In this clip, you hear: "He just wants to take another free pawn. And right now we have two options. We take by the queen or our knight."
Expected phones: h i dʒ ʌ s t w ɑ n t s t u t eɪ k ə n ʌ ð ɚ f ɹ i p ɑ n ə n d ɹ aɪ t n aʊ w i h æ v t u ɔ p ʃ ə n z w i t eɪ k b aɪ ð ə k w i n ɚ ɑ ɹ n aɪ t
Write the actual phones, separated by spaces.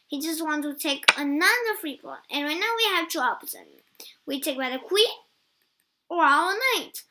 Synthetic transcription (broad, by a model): h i dʒ ʌ s t w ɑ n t t u t eɪ k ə n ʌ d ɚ f ɹ i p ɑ l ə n ɹ aɪ t n aʊ w i h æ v t u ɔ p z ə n w i t eɪ k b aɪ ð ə k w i ɚ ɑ l n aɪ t